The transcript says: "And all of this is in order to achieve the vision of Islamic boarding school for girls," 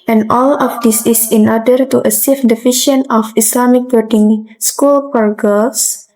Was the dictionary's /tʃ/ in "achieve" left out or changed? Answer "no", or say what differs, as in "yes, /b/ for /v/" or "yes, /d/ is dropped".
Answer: yes, /s/ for /tʃ/